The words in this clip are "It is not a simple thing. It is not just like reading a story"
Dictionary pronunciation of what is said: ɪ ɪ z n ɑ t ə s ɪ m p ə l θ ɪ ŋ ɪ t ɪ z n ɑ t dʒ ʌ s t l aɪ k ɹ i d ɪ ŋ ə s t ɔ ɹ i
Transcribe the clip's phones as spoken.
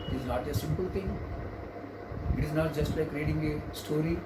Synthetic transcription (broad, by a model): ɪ ɪ z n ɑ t ə s ɪ m p ə l t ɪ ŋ ɪ t ɪ z n ɑ t dʒ ʌ s t l aɪ k ɹ i d ɪ ŋ ə s t ɔ ɹ i